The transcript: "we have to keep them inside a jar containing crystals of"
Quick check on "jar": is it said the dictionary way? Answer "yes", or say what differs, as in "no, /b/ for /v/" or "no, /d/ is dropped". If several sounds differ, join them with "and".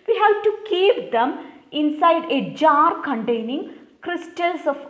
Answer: yes